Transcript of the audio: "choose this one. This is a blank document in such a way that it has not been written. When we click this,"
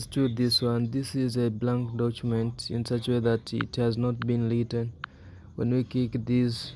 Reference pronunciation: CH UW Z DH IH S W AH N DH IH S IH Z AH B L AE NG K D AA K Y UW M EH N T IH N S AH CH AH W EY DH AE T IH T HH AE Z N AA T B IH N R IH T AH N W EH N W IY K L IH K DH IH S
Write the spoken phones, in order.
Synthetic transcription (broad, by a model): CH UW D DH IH S W AH N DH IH S IH Z AH B L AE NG K D AA K Y UW M EH N T IH N S AH CH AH W EY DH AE T IH T HH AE Z N AA T B IH N L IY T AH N W EH N W IY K IH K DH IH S